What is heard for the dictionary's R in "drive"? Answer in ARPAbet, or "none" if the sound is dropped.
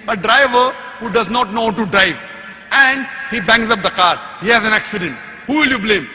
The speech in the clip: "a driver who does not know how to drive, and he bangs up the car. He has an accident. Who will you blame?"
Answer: R